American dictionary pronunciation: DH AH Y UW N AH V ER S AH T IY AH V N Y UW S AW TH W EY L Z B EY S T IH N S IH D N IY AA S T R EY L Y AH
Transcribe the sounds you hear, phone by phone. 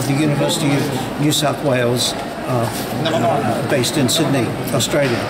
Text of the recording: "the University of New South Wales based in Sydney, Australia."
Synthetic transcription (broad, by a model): DH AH Y UW N AH V ER S AH T IY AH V N Y UW S AW TH W EY L Z B EY S T IH N S IH D N IY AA S T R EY L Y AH